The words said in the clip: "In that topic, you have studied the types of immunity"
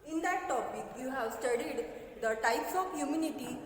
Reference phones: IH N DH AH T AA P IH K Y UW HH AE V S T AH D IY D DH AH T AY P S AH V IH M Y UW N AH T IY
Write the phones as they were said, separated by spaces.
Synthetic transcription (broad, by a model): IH N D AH T AA P IH K Y UW HH AE V S T AH D IY D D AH T AY P S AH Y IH M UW N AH T IY